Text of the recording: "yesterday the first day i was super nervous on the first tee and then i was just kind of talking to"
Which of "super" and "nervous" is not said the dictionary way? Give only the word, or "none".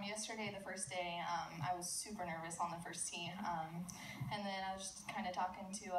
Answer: none